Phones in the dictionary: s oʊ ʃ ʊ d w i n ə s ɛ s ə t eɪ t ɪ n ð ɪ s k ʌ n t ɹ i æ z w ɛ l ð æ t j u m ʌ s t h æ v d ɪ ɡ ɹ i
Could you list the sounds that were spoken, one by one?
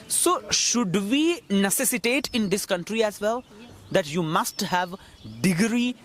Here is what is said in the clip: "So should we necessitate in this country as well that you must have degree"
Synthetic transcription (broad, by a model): s oʊ ʃ ʊ d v i n ə s ɛ s ə t eɪ t ɪ n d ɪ s k ʌ n t ɹ i æ z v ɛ l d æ t j u m ʌ s t h æ v d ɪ ɡ ɹ i